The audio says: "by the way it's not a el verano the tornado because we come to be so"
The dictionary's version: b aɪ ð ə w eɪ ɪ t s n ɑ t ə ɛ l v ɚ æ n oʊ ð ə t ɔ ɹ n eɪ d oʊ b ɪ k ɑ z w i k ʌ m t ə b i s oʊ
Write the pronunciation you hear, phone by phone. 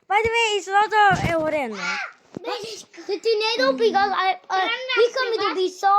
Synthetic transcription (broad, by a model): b aɪ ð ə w eɪ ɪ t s l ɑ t ə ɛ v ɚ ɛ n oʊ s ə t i n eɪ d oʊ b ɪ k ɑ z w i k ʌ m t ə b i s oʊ